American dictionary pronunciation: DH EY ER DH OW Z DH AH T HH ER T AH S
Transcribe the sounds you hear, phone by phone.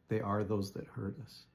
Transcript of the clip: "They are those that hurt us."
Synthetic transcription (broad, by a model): DH EY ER DH OW Z DH AH T HH ER T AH S